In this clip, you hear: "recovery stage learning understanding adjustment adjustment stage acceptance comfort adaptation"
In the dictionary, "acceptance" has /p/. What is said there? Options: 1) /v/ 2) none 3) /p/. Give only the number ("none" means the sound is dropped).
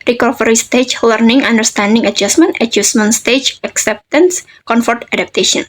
3